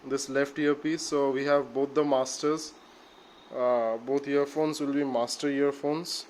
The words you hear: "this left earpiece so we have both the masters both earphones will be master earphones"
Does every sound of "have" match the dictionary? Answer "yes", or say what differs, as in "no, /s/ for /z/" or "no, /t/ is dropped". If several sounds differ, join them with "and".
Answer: yes